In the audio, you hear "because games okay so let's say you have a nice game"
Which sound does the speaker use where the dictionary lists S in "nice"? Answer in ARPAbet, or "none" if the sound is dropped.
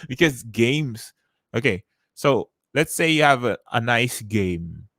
S